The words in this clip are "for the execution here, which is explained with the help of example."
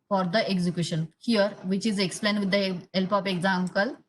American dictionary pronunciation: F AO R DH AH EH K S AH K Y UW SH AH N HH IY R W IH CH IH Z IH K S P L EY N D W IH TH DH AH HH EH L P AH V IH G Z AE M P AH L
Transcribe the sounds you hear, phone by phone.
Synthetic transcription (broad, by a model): F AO R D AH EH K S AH K Y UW SH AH N HH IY R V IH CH IH Z IH K S P L EY N D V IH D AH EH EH L P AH P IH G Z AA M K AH L